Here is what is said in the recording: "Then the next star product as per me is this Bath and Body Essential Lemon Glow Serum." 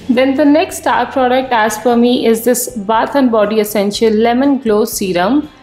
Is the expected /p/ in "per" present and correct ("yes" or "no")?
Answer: no